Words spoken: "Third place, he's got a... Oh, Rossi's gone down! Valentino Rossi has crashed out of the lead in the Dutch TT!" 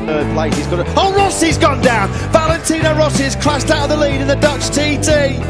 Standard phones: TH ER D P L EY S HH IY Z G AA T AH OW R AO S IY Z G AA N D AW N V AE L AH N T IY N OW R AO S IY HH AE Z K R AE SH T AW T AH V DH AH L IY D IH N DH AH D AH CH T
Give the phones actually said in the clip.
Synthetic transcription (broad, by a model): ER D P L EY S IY Z G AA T AH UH R AO S IY Z G AA N D AW N V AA L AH N T IY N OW R AO S IY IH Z K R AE S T AW T AH V DH AH L IY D IH N DH AH D AH CH T